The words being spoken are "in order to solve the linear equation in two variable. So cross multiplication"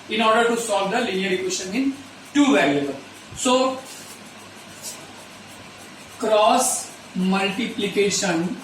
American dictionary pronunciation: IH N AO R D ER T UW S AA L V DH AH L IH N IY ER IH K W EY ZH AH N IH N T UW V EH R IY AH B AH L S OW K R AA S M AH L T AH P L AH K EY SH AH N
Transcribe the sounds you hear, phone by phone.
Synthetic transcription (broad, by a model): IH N AO R D ER T UW S AA L V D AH L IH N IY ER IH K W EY SH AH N IH N T UW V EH L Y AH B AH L S OW K R AA S M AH L T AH P L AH K EY SH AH N